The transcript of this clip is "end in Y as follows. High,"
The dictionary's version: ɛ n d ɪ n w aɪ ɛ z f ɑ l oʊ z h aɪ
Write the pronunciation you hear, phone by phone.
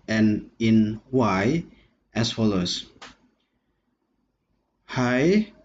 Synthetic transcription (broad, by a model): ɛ n ɪ n w aɪ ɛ s f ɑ l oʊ s h aɪ